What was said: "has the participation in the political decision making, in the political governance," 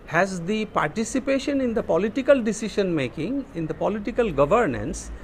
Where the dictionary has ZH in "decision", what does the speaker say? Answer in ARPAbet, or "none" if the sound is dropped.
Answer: SH